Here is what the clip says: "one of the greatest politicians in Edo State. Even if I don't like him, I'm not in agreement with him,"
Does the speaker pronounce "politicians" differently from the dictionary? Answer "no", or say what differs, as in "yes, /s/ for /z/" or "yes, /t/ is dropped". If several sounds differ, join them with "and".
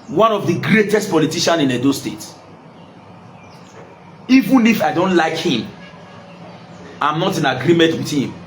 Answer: yes, /z/ is dropped